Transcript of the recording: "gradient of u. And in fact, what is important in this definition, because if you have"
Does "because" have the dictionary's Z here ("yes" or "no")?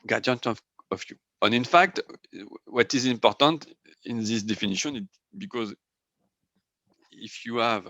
yes